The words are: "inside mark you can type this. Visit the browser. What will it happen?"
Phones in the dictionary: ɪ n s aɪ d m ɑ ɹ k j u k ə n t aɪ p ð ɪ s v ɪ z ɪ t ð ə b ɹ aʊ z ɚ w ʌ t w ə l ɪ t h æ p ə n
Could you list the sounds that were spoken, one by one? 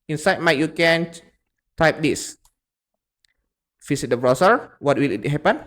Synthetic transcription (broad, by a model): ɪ n s aɪ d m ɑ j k j u k ə n t aɪ p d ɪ s f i s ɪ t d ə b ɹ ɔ s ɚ w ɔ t w ə l ɪ t h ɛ p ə n